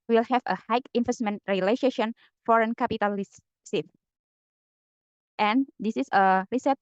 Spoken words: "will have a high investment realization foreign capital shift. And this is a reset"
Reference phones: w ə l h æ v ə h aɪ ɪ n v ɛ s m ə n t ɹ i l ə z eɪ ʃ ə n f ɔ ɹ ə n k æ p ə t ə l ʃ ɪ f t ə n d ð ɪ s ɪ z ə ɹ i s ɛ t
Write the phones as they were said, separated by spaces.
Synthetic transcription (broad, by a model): w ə l h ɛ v ə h aɪ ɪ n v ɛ s m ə n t ɹ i l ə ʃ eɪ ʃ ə n f ɔ ɹ ə n k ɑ p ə t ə l s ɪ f t ə n d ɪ s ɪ s ə ɹ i s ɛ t